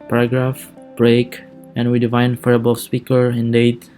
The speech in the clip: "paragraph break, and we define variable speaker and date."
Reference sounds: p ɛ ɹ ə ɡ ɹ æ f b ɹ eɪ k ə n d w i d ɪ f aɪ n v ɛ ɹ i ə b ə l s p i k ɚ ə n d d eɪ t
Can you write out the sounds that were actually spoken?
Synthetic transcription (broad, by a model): p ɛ ɹ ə ɡ ɹ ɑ f b ɹ eɪ k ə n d w i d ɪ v aɪ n f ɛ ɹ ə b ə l s p i k ɚ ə n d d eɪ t